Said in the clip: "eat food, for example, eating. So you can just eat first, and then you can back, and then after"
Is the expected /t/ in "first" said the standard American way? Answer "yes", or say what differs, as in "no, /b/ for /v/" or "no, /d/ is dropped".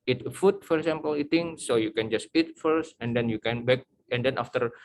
yes